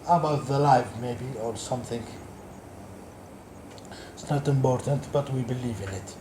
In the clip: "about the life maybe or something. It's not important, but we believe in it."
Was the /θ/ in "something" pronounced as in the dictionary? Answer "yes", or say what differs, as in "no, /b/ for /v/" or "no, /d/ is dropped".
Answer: yes